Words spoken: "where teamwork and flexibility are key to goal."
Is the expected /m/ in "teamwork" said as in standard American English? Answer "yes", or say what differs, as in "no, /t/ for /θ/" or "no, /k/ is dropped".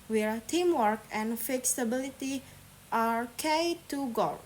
yes